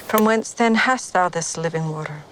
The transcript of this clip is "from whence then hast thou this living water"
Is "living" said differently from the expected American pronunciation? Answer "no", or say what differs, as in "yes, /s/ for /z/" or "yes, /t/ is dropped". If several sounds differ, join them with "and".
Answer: no